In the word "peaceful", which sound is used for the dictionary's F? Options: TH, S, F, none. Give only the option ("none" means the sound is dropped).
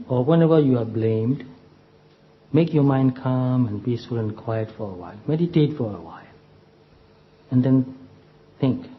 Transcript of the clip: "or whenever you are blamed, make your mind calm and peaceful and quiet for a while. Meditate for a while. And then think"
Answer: none